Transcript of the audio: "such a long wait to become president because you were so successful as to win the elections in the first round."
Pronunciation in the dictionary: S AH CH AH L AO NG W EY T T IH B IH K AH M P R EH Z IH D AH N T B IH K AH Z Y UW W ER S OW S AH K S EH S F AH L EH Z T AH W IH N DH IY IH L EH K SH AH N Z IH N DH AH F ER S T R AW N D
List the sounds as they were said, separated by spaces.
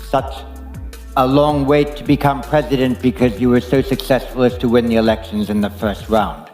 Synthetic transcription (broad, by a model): S AH CH AH L AO NG W EY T T IH B IH K AH M P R EH Z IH D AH N B IH K AH Z Y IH W ER S OW S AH K S EH S F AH L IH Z T AH W IH N DH IY IH L EH K SH AH N Z IH N DH AH F ER S T R AW N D